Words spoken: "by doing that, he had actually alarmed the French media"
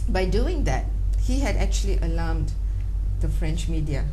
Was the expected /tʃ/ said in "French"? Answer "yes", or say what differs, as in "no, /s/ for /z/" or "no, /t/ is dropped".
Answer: yes